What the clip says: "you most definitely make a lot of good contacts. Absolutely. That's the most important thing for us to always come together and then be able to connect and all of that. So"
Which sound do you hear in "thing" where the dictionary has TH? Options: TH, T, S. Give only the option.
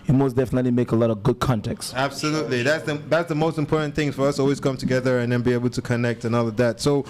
TH